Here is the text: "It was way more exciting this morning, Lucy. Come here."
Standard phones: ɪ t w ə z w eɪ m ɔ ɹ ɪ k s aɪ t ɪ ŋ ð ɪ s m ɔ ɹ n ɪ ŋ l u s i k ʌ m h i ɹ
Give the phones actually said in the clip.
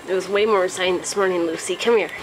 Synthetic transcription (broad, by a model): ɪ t w ə z w eɪ m ɔ ɹ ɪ s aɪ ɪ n ð ɪ s m ɔ ɹ n ɪ ŋ l u s i k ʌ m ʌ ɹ